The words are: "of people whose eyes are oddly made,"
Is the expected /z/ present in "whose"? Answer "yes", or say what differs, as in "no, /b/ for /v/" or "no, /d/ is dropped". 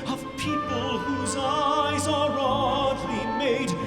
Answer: yes